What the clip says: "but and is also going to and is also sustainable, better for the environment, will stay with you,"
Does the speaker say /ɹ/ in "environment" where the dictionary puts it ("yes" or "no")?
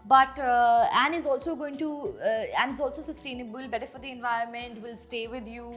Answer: yes